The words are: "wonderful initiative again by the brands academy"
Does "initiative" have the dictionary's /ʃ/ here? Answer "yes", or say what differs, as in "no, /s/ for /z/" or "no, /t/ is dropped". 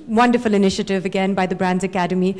yes